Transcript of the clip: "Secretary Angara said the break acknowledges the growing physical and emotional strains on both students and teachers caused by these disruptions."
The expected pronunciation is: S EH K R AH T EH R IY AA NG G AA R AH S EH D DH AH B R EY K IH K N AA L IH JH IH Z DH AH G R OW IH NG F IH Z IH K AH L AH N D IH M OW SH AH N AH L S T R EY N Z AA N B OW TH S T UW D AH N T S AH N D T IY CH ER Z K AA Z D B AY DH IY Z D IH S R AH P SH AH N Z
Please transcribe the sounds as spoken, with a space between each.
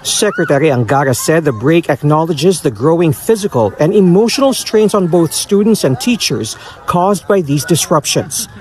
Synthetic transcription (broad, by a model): S EH K R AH T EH R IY AA NG G AA R AH S EH D DH AH B R EY K IH K N AA L IH JH IH Z DH AH G R OW IH NG F IH Z IH K AH L AH N D IH M OW SH AH N AH L S T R EY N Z AA N B OW TH S T UW D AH N T S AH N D T IY CH ER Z K AA Z D B AY DH IY Z D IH S R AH P SH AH N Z